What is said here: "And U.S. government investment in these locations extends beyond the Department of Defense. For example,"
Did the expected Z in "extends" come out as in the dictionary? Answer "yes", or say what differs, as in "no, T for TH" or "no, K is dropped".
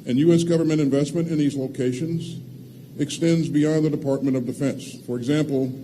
yes